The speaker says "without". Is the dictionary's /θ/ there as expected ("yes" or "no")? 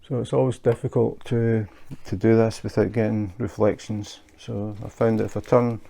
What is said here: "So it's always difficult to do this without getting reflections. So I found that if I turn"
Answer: yes